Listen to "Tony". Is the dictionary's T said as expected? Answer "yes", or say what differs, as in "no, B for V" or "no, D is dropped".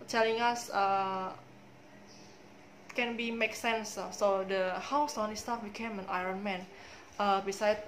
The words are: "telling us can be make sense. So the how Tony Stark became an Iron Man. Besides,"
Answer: no, S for T